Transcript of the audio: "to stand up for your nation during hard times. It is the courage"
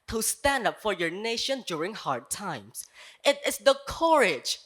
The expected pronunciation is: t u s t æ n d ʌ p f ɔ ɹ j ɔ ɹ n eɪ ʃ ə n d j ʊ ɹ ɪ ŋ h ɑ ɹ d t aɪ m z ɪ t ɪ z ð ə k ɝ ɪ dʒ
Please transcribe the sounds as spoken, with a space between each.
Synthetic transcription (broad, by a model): t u s t æ n d ʌ p f ɔ ɹ j ɔ ɹ n eɪ ʃ ə n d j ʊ ɹ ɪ ŋ h ɑ ɹ d t aɪ m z ɪ t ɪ s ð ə k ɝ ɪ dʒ